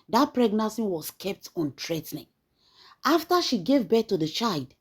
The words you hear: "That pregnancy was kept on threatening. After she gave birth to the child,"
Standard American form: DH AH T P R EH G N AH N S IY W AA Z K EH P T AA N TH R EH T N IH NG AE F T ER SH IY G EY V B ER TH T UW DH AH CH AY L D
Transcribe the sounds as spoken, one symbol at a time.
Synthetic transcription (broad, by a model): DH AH T P R EH G N AH N S IY W AA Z K EH P T AA N T R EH T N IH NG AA F T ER SH IY G EY V B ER T UW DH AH CH AY L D